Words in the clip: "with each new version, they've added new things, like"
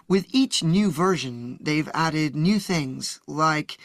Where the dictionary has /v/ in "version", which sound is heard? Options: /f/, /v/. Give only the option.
/v/